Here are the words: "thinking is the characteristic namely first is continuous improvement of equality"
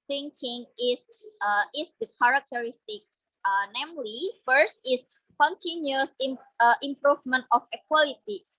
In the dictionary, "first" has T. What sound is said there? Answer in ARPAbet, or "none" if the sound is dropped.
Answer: T